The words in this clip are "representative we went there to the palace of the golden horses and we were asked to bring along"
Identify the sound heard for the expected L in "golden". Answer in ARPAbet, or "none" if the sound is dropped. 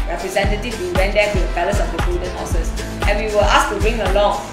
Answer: none